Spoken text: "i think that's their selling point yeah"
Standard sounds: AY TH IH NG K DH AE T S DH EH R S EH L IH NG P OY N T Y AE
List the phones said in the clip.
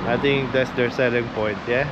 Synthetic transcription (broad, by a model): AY T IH NG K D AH T S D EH R S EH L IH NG P OY N T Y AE